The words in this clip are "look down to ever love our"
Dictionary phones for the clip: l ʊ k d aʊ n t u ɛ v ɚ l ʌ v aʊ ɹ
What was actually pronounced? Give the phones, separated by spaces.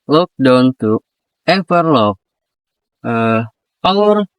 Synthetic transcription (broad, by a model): l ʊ k d aʊ n t u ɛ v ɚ l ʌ p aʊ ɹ